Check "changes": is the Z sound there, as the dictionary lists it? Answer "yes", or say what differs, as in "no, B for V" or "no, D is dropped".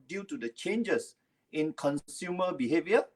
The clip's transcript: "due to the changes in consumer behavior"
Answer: no, S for Z